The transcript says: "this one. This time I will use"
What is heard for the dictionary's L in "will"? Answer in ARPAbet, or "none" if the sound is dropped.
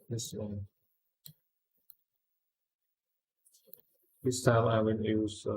N